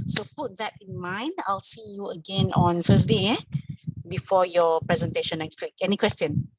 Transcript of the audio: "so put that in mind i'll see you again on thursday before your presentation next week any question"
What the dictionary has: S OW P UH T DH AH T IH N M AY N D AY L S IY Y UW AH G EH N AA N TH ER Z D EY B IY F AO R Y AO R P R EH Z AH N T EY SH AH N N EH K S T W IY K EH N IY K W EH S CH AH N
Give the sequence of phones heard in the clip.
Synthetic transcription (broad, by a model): S OW P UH T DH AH T IH N M AY N D AY L S IY Y UW AH G EH N AA N F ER S D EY B IY F AO Y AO P R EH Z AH N T EY SH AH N N EH K S T W IY K EH N IY K W EH S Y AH N